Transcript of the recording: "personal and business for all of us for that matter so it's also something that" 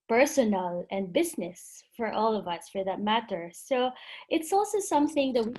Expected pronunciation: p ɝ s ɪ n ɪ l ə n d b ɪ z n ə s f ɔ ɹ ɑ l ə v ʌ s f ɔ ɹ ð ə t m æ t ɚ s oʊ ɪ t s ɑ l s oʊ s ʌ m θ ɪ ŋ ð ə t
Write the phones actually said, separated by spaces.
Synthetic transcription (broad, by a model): p ɝ s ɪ n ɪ l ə n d b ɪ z n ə s f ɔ ɹ ɑ l ə v ʌ s f ɔ ɹ ð ə t m æ t ɚ s oʊ ɪ t s ɑ l s oʊ s ʌ m θ ɪ ŋ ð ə t